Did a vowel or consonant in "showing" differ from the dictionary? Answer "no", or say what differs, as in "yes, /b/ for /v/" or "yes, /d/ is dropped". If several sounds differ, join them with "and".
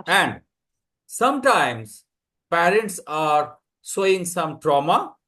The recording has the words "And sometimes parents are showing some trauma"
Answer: yes, /s/ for /ʃ/